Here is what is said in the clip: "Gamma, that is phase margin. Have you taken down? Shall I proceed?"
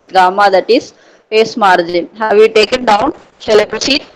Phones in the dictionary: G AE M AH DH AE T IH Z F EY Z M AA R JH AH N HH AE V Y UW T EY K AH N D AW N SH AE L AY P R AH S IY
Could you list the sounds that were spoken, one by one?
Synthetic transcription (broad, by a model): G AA M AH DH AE T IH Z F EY S M AA R JH AH N HH AE V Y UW T EY K AH N D AW N S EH L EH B R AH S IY